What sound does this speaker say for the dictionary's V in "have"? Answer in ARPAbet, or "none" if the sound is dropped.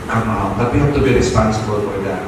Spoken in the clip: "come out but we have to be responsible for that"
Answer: B